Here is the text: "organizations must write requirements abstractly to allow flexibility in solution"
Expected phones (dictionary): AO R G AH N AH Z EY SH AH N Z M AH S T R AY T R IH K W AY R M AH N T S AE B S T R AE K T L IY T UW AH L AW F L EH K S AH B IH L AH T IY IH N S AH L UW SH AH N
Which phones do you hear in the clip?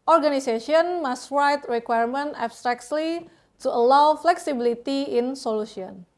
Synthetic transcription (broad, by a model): AO R G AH N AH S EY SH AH N M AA S T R AY T R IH K W AY R M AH N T AE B S T R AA K T L IY T UW AH L AW F L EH K S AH B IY L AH T IY IH N S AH L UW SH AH N